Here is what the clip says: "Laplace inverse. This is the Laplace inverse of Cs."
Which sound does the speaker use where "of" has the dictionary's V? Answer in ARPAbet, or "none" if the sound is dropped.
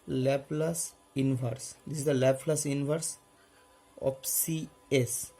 P